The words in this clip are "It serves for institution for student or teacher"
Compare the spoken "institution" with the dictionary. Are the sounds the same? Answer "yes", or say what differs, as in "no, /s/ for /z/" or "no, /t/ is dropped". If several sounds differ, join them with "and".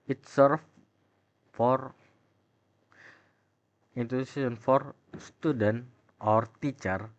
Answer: no, /s/ is dropped and /s/ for /ʃ/